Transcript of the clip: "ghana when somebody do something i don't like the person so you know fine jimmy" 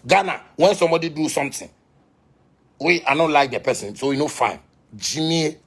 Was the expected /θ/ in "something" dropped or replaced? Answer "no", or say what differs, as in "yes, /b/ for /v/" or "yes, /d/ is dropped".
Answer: yes, /t/ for /θ/